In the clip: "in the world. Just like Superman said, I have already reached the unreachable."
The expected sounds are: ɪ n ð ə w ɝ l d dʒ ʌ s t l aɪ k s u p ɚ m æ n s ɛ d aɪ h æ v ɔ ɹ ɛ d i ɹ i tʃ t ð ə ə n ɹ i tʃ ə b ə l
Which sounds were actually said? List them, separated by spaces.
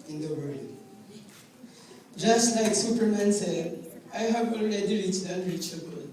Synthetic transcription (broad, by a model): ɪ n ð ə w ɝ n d dʒ ʌ s t l aɪ k s u p ɚ m æ n s ɛ d aɪ h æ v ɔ l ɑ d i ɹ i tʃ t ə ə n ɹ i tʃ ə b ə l